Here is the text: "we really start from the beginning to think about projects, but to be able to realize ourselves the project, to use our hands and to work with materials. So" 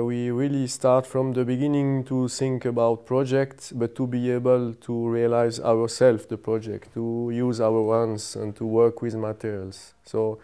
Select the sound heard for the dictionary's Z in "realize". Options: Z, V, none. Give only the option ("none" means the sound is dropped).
Z